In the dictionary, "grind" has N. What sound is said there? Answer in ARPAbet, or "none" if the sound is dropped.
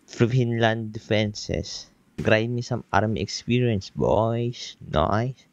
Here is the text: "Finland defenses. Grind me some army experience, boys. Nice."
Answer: none